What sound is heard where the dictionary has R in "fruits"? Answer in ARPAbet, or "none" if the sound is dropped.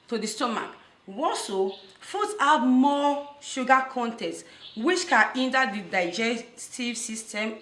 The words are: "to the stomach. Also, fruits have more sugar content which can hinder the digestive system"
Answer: none